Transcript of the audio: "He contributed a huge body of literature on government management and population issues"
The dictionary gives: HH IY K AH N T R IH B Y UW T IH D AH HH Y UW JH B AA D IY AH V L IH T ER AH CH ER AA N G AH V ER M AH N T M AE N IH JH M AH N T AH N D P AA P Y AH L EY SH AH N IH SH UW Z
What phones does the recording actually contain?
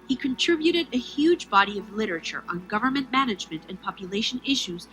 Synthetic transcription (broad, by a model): HH IY K AH N T R IH B Y UW T IH D AH HH Y UW JH B AA D IY AH V L IH T ER AH CH ER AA N G AH V ER M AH N M AE N IH JH M AH N T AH N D P AA P Y AH L EY SH AH N IH SH UW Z